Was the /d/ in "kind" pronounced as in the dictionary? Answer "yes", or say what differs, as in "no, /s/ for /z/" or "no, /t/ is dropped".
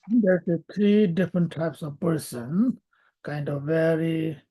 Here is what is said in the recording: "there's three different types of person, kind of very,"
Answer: yes